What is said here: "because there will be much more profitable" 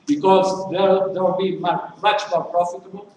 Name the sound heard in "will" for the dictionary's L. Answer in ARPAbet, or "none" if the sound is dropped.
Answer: W